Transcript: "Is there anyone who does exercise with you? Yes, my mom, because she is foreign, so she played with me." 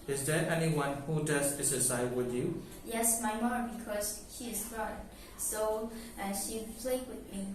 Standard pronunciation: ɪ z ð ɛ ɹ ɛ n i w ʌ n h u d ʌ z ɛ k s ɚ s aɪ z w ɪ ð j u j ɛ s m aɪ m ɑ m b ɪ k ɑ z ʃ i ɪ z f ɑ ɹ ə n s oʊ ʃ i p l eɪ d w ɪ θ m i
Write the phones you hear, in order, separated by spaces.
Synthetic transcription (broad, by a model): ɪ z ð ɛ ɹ ɛ n i w ʌ n h u d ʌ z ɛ s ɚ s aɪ w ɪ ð j u j ɛ s m aɪ m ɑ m b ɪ k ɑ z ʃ i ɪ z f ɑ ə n s oʊ ʃ i p l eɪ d w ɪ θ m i